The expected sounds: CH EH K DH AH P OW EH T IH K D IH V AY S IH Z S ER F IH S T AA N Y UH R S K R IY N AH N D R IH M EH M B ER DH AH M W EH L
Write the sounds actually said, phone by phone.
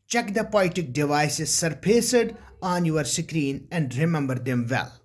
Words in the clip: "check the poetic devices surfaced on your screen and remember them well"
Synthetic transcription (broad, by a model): CH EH K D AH P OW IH T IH K D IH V AY S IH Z S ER P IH S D AA N Y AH R S K R IY N AH N D R IH M EH M B ER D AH M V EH L